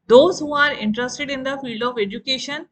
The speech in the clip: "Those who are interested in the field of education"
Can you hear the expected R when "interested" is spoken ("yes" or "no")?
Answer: yes